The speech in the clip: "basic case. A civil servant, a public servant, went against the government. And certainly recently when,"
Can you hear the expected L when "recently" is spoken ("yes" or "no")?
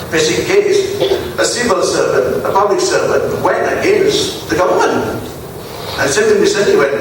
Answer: no